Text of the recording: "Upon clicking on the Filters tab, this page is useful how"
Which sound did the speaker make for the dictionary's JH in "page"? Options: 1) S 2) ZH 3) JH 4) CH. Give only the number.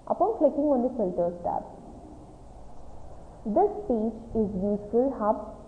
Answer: 4